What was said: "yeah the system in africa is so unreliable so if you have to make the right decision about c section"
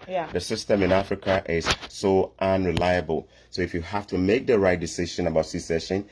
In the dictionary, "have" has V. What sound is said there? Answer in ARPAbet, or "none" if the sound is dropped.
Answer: F